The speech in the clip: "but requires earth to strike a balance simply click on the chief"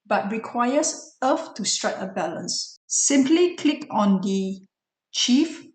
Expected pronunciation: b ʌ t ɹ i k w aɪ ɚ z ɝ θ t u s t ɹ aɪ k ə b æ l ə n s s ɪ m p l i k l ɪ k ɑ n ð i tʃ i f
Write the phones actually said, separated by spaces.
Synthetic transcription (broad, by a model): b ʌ t ɹ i k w aɪ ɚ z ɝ f t u s t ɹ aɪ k ə b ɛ l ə n s s ɪ m p l i k l ɪ k ɑ n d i tʃ i f